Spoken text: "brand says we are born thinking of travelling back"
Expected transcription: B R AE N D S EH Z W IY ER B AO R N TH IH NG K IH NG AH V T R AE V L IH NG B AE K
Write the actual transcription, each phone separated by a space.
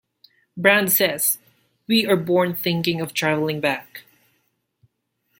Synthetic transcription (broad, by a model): B R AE N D S EH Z W IY ER B AO R N TH IH NG K IH NG AH V T R AE V L IH NG B AE K